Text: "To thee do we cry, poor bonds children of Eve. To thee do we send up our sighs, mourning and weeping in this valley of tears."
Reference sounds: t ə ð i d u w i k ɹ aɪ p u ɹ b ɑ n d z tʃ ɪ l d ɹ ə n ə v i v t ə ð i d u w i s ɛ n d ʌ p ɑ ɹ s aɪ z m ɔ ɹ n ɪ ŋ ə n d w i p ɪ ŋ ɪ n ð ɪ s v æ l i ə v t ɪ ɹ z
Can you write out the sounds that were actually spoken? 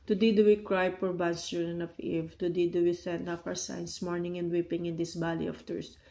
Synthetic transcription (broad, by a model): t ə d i d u w i k ɹ aɪ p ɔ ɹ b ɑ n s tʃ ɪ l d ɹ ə n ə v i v t ə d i d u w i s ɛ n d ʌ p ɑ ɹ s aɪ s m ɔ ɹ n ɪ ŋ ə n d w i p ɪ ŋ ɪ n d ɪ s b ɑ l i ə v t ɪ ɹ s